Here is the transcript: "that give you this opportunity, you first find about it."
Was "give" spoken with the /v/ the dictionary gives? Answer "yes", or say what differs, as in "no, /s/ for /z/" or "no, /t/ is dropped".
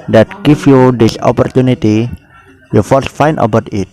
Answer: no, /f/ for /v/